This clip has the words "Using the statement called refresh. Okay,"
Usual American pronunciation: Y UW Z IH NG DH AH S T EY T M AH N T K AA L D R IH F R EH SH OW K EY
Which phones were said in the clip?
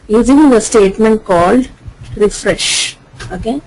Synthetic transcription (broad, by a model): Y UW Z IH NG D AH S T EY T M AH N T K AA L D R IH F R EH SH OW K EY